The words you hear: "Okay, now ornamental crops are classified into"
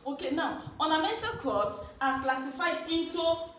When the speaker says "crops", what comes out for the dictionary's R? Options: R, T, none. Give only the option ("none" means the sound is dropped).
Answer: none